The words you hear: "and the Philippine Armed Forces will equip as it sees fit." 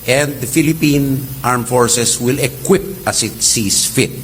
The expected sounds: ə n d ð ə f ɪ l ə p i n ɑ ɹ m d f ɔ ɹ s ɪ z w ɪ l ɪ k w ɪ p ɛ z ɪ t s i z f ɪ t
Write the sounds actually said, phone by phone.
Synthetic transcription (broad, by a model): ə n d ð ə f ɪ l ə p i n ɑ ɹ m f ɔ ɹ s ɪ s w ɪ l ɪ k w ɪ p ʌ s ɪ t s i s f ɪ t